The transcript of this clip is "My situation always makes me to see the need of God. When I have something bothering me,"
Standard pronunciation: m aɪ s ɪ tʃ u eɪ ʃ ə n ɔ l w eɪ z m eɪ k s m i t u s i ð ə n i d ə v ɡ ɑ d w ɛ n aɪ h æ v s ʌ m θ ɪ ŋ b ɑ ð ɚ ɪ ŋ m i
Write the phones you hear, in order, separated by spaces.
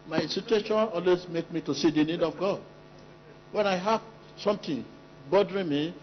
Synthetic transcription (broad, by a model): m aɪ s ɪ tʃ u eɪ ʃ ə n ɔ l w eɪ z m eɪ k m i t u s i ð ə n i d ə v ɡ ɑ d w ɛ n aɪ h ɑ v s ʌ m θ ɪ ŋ b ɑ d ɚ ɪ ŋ m i